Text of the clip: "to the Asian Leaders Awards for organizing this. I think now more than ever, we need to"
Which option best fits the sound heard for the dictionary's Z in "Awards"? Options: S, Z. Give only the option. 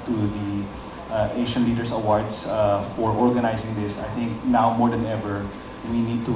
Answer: S